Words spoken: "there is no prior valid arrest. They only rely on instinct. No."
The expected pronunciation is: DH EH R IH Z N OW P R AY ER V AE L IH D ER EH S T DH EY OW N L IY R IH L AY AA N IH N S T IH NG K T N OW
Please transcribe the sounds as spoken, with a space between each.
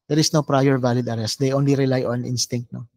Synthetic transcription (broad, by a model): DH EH R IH S N OW P R AY ER V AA L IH D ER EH S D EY OW N L IY R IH L AY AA N IH N S T IH NG K T N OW